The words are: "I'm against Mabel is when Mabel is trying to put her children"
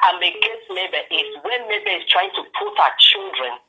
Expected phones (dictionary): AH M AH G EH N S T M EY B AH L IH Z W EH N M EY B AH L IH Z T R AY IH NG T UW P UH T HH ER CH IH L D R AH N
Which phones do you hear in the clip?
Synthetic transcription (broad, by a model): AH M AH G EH S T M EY B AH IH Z W EH N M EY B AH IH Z T R AY IH NG T UW P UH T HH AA CH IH L D R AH N